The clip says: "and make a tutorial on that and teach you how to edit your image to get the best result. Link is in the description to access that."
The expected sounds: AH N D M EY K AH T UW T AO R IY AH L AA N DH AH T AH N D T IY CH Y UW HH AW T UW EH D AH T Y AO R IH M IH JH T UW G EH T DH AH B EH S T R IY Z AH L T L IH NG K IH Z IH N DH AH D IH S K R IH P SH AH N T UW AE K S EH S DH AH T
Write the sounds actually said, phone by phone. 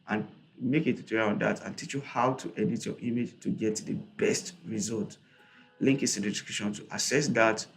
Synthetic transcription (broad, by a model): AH N M EY K AH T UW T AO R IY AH AA N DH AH T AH N T IY CH Y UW HH AW T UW EH D AH T Y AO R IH M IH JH T UW G EH T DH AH B EH S T R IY Z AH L T L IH NG K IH S IH N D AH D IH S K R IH SH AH N T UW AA S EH S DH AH T